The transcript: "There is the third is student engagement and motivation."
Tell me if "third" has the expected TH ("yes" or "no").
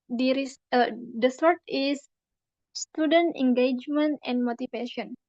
no